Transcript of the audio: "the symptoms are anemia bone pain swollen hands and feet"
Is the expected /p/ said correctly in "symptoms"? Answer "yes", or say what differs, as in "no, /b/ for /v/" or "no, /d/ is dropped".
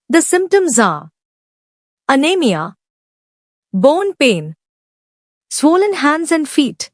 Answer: yes